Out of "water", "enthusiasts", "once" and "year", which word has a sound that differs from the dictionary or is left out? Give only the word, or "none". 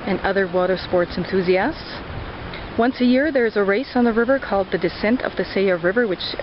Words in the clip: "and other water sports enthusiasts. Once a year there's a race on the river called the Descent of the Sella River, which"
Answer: none